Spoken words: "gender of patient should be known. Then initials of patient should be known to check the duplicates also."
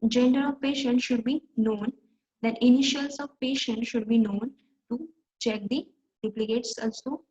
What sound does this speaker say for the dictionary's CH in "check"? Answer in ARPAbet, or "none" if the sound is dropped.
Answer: CH